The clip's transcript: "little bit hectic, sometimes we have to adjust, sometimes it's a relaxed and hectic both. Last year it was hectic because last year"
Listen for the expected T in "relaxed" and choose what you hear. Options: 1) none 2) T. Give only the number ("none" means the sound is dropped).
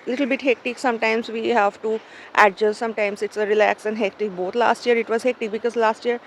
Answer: 1